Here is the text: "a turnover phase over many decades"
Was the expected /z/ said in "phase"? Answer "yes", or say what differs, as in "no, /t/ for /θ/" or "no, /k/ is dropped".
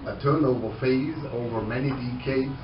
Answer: yes